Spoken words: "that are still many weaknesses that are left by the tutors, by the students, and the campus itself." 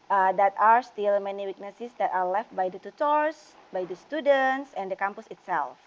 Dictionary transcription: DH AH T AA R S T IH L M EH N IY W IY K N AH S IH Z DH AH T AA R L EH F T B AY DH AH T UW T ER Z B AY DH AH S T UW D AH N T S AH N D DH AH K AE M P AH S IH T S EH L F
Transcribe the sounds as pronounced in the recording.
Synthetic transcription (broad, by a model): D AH T AA R S T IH L M EH N IY W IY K N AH S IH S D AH T AA R L EH F T B AY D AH T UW T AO S B AY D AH S T UW D AH N T S AH N D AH K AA M P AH S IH T S EH L F